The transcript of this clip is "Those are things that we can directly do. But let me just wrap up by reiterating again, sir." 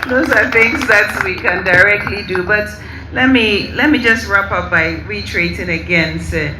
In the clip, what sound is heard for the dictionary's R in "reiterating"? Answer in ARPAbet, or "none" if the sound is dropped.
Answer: W